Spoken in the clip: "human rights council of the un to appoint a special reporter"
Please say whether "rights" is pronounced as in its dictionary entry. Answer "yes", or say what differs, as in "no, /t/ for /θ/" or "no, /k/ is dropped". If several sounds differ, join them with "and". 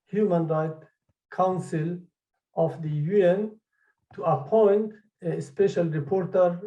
no, /s/ is dropped